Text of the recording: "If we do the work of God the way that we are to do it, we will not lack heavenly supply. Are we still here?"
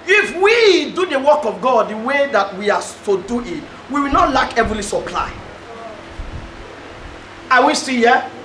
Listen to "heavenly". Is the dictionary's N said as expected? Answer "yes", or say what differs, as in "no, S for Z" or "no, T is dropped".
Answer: no, N is dropped